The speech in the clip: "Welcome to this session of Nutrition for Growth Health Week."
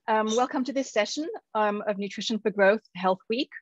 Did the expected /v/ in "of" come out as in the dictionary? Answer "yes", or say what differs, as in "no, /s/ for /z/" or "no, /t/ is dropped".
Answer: yes